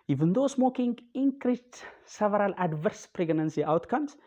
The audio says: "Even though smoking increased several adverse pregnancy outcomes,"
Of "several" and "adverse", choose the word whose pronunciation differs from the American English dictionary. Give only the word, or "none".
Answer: none